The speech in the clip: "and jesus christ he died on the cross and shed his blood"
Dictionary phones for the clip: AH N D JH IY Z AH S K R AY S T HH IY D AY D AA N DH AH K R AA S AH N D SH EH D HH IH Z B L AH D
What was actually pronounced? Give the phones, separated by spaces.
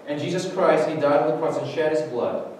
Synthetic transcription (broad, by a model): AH N JH IY Z AH S K R AY S T HH IY D AY D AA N DH AH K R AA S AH N SH EH D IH Z B L AH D